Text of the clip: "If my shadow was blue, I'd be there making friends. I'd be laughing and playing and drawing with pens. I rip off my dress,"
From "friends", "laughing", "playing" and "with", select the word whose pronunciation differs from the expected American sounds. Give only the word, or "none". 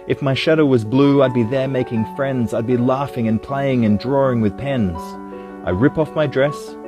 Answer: none